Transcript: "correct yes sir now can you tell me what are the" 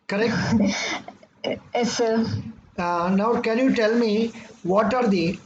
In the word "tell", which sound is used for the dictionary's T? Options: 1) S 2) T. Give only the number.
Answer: 2